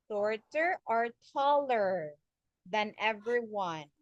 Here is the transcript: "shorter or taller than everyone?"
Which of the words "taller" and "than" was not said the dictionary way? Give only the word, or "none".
none